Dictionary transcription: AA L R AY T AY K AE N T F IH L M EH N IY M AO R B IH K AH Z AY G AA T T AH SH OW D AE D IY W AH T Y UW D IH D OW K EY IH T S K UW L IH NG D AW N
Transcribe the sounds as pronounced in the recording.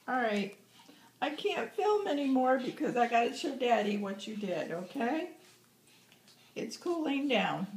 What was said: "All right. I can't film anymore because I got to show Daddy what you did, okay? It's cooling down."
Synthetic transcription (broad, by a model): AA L R AY T AY K AE N T F IH L M EH N IY M AO R B IH K AH Z AY G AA T S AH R D AE D IY W AH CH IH D IH D OW K EY IH T S K UW L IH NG D AW N